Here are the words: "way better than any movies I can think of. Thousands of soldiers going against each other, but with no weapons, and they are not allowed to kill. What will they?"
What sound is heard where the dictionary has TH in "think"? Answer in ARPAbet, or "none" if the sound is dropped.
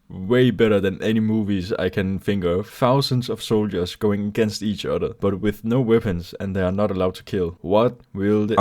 F